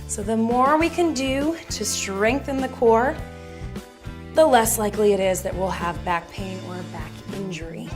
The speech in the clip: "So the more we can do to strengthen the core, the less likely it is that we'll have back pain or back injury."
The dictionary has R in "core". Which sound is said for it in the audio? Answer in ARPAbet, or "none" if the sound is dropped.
R